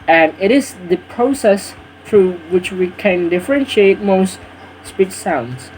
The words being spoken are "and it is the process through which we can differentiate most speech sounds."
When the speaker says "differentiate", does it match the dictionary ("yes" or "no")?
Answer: yes